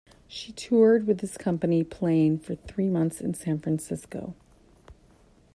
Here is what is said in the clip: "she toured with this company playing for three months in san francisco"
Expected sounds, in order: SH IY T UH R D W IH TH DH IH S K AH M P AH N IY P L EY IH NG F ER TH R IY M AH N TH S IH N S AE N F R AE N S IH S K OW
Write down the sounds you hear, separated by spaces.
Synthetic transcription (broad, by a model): SH IY T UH R D W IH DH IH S K AH M P AH N IY P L EY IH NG F ER TH R IY M AH N TH S IH N S AE N F R AE N S IH S K OW